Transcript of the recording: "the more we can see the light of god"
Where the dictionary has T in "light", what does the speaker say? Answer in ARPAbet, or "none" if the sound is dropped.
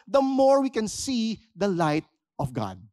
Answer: T